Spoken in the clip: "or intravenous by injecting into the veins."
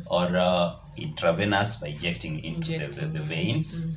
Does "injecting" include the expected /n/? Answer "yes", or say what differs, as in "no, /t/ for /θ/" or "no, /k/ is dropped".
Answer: no, /n/ is dropped